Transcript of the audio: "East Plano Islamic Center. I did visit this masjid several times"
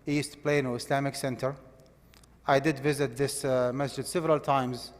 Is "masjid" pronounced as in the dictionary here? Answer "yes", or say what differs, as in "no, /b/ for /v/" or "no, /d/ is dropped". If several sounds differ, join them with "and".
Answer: yes